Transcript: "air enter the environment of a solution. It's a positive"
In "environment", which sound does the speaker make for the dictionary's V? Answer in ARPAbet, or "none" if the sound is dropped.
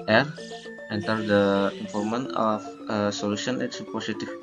P